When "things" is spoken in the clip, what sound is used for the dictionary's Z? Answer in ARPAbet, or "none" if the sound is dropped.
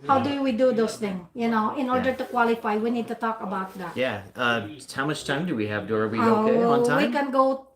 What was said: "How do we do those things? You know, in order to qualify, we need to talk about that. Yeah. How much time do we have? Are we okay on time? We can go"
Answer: none